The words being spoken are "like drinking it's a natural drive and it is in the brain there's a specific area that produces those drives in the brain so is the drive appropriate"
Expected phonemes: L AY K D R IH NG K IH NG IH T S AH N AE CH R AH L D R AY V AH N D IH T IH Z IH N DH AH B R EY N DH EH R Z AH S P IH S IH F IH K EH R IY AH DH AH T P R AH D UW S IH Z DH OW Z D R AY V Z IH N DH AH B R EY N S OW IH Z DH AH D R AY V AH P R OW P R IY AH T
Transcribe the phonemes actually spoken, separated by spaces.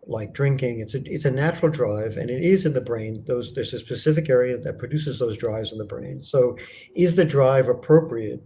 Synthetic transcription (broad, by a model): L AY K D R IH NG K IH NG IH T S AH N AE CH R L D R AY V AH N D IH T IH Z IH N DH AH B R EY N DH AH R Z AH S P IH S IH F IH K EH R IY AH DH AH T P R AH D UW S IH Z DH OW Z D R AY V Z N DH AH B R EY N S OW IH Z DH AH D R AY V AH P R OW P R IY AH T